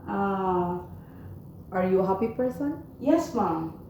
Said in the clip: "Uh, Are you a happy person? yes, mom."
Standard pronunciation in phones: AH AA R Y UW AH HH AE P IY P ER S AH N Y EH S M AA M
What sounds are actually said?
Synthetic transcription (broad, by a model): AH AA R Y UW HH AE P IY P ER S AH N Y EH S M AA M